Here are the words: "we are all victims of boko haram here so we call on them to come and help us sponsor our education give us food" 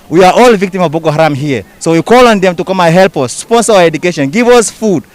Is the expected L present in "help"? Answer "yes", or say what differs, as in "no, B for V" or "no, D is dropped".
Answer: yes